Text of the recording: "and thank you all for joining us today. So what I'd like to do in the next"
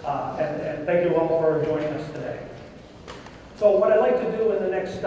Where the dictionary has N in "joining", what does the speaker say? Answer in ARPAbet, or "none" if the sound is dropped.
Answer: none